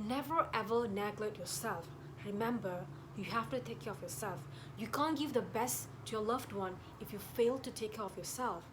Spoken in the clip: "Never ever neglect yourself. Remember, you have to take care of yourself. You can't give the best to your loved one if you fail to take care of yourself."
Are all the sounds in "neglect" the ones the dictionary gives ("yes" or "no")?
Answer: no